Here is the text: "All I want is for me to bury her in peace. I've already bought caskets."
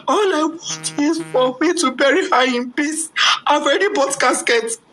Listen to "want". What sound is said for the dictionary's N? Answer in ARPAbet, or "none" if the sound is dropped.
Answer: none